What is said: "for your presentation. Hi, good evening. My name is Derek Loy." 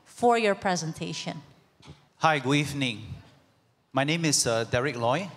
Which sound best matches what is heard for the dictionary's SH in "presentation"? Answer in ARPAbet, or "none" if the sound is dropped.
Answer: SH